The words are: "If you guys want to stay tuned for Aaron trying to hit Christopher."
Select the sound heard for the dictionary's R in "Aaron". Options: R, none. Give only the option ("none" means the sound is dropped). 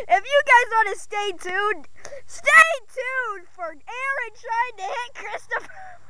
R